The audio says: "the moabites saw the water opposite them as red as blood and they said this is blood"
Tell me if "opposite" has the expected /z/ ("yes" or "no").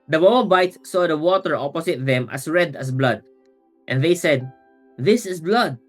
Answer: no